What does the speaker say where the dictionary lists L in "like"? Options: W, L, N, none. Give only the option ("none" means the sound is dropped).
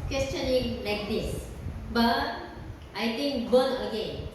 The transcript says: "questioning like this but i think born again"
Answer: L